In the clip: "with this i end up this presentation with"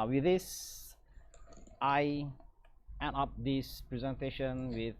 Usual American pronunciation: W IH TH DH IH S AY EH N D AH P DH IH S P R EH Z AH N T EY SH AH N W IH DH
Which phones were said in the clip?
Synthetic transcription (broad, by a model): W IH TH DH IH S AY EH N AH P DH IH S P R EH Z AH N T EY SH AH N W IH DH